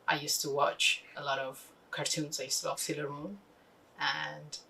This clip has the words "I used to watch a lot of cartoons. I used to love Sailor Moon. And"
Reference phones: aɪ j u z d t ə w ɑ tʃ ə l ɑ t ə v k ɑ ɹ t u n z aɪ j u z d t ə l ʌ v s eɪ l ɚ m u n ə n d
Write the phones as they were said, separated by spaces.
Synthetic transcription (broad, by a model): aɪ j u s t ə w ɑ tʃ ə l ɑ t ə v k ɑ ɹ t u n z aɪ j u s t ə w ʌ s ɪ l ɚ m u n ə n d